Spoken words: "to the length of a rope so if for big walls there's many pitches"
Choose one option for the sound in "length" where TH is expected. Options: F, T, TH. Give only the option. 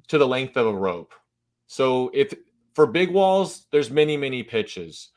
TH